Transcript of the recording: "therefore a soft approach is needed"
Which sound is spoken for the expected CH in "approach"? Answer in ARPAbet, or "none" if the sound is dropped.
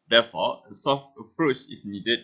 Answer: CH